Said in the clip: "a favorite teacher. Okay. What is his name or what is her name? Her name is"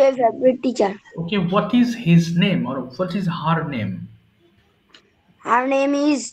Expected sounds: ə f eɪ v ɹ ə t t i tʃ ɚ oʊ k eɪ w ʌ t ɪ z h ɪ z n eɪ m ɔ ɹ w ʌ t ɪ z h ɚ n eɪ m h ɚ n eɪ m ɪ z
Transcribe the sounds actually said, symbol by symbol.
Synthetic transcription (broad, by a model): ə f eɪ b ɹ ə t t i tʃ ɚ oʊ k eɪ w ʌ t ɪ z h ɪ z n eɪ m ɔ ɹ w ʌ t ɪ z h ɚ n eɪ m h ɚ n eɪ m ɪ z